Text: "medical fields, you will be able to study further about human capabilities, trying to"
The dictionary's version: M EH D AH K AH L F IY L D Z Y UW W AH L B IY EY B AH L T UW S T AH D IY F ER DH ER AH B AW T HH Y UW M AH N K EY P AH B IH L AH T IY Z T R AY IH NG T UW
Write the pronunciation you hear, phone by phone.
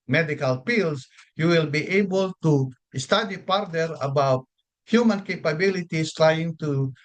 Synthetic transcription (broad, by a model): M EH D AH K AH L P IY L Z Y UW W AH L B IY EY B AH L T UW S T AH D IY P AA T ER AH B AW T HH Y UW M AH N K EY P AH B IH L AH T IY S T R AY IH NG T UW